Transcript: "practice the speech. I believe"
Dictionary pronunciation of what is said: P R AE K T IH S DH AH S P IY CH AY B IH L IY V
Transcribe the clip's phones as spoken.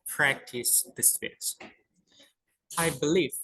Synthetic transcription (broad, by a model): P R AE K T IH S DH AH S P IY S AY B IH L IY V